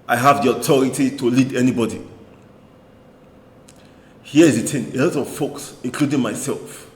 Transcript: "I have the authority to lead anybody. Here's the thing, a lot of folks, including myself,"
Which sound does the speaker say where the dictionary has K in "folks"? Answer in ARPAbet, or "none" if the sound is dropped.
K